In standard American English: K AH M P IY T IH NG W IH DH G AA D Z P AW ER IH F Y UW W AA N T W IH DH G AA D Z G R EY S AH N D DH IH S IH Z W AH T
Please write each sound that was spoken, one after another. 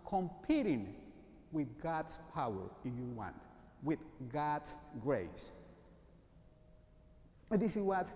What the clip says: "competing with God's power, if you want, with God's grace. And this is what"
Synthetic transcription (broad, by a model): K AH M P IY T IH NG W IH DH G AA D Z P AW ER IH F Y UW W AA N T W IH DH G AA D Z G R EY AH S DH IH S IH Z W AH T